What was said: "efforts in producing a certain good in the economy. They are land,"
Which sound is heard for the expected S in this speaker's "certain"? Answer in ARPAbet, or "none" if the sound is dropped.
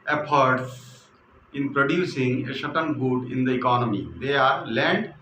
SH